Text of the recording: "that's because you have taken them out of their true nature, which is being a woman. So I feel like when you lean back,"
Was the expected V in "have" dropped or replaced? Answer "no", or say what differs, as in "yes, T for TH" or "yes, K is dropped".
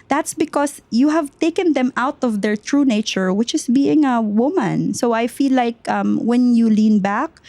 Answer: no